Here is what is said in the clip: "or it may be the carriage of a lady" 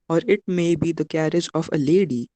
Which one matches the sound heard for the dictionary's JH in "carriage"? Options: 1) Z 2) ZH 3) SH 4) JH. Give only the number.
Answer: 4